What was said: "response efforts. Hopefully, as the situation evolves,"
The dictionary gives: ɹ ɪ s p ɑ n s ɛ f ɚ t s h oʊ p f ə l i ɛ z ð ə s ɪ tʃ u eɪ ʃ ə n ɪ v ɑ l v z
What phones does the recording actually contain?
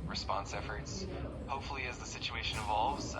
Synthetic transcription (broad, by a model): ɹ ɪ s p ɑ n s ɛ f ɚ t s h oʊ p f l i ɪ z ð ə s ɪ tʃ u eɪ ʃ ə n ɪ v ɑ l v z